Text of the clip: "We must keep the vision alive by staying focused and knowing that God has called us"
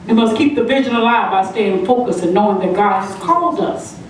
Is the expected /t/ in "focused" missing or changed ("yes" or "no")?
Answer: yes